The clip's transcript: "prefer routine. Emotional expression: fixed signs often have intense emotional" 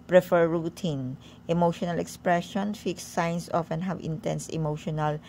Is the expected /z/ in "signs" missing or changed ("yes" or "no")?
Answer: yes